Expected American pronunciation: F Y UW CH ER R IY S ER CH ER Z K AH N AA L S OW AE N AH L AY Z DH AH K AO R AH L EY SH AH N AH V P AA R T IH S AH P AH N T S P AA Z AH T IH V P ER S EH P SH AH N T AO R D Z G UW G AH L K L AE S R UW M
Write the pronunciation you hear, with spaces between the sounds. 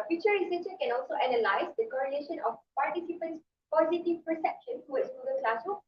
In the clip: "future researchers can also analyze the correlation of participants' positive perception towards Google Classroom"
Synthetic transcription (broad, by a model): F Y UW CH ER R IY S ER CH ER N K AH N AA L S OW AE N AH L AY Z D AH K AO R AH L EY SH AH N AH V P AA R T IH S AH P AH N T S P AA Z AH T IH V P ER S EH P SH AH N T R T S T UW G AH N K L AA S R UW